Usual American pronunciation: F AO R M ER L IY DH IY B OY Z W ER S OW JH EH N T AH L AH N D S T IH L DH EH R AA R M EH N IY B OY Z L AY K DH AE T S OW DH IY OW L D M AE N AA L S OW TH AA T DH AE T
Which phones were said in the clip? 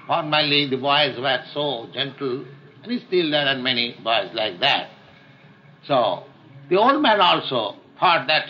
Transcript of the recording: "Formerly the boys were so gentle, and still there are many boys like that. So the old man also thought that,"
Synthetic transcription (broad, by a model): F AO R M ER L IY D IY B OY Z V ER S OW JH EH N T L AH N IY S T IH L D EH R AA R M EH N IY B OY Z L AY K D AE T S OW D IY OW L D M AE N AA L S OW F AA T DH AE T